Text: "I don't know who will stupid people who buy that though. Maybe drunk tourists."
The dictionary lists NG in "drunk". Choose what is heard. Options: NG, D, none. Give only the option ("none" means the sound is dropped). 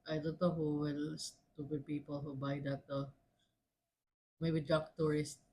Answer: none